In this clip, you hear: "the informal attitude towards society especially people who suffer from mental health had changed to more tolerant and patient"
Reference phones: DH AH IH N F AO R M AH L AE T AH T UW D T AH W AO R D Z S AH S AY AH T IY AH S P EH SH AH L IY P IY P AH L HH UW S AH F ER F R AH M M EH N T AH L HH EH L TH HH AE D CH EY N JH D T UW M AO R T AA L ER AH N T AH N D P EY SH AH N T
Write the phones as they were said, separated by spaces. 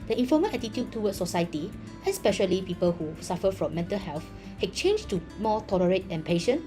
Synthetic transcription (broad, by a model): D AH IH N F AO M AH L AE T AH T UW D T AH W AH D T S AH S AY AH T IY AH S P EH SH AH L IY P IY P AH L HH UW S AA F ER F R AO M M EH N T AH L HH EH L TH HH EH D CH EY N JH T UW M AO T AA L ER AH T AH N P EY SH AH N